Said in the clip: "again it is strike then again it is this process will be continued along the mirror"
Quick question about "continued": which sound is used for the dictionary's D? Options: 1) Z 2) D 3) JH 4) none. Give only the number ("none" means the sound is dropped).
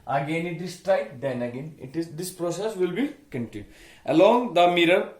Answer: 4